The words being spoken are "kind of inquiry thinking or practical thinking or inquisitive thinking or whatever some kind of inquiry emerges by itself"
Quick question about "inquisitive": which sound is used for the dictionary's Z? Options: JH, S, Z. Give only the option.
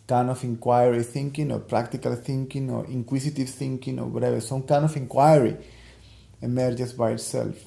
S